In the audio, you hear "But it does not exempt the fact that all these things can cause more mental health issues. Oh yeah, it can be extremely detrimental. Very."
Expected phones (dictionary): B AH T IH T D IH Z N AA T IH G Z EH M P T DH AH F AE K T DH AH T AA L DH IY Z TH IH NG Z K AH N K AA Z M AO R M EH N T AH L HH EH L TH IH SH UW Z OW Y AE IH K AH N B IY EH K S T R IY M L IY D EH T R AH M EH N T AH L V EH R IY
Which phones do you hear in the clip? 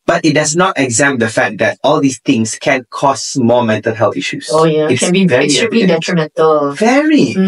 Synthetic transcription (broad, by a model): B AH T IH T D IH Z N AA T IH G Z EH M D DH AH F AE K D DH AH T AA L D IY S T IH NG S K AH N K AA S M AO M EH N T AH L HH EH L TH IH SH UW S OW Y IH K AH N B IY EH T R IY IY D EH T R AH M EH N T AH L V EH R IY